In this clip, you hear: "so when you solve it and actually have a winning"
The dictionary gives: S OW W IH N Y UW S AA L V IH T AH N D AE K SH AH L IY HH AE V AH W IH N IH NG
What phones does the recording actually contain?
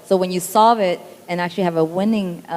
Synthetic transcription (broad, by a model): S OW W IH N Y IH S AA V IH T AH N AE K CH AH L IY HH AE V AH W IH N IH NG